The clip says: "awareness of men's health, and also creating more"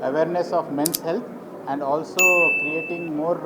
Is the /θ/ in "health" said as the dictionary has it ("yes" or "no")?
no